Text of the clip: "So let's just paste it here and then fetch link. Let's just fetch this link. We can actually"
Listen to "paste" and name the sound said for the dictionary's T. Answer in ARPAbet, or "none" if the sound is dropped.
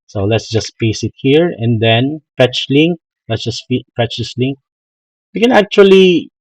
none